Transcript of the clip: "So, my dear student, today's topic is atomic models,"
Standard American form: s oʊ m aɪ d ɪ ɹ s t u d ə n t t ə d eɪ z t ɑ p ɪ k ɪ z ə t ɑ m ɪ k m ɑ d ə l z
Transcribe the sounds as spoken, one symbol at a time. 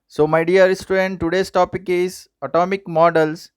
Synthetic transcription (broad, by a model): s oʊ m aɪ d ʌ ɹ s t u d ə n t t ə d eɪ s t ɑ p ɪ k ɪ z ə t ɑ m ɪ k m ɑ d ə l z